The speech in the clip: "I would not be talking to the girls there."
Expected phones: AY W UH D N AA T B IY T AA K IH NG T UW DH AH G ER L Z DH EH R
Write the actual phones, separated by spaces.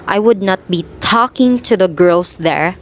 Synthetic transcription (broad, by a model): AY W UH D N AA T B IY T AA K IH NG T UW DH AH G ER L S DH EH R